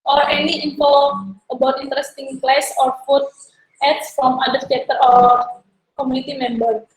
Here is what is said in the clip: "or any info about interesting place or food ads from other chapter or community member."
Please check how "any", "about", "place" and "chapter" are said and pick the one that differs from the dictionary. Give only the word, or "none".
chapter